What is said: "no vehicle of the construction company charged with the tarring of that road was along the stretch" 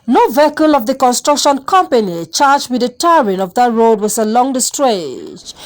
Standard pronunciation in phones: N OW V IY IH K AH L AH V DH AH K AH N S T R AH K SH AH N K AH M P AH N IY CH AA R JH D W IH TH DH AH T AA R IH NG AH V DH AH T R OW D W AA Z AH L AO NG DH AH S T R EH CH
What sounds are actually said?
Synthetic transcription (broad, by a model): N OW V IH K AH L AH V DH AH K AH N S T R AH K SH AH N K AH M P AH N IY CH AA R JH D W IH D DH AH T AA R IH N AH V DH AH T R OW D W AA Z AH L AO NG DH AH S T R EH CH